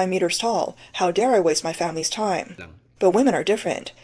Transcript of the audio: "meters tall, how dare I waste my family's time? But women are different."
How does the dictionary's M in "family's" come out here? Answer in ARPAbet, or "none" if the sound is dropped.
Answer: M